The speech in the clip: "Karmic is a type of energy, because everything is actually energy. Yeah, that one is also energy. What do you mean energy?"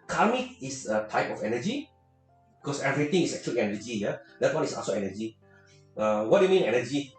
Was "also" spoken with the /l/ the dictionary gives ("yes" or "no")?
no